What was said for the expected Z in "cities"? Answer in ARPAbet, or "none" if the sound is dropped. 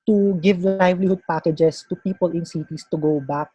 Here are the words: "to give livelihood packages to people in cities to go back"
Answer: S